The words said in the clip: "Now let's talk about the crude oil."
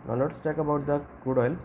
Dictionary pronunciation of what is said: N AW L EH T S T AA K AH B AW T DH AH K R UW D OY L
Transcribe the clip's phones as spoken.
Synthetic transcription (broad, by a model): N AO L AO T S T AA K AH B AW T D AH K UW D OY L